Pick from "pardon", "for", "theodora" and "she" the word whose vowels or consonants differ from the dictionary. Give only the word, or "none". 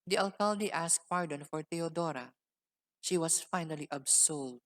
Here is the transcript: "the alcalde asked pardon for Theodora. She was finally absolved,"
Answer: theodora